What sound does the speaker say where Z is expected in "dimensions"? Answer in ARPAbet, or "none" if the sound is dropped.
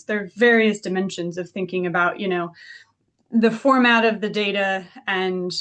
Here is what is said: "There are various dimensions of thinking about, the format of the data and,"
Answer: Z